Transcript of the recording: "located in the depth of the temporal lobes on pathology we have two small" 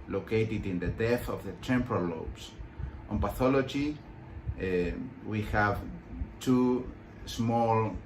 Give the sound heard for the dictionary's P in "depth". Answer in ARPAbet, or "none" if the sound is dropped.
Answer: none